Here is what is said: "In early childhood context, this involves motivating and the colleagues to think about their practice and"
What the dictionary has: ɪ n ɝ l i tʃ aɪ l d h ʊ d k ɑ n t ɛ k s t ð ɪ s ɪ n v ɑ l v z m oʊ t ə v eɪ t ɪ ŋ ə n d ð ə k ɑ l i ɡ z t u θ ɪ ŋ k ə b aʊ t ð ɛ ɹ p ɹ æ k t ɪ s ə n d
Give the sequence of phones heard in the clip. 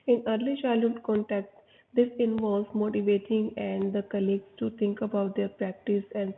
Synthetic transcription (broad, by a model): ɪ n ɝ l i ʃ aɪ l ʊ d k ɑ n t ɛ k t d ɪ s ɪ n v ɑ l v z m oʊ t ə v eɪ t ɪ ŋ ə n d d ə k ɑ l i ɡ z t u t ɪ ŋ k ə b aʊ t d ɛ ɹ p ɹ æ k t ɪ s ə n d